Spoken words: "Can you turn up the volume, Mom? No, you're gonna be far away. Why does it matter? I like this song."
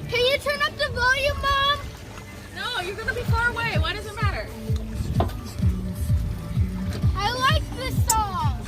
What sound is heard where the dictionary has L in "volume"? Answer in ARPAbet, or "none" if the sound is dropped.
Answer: N